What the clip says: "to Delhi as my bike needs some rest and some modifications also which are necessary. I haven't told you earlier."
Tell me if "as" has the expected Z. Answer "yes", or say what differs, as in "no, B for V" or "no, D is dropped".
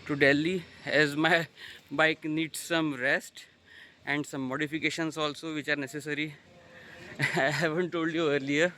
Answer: yes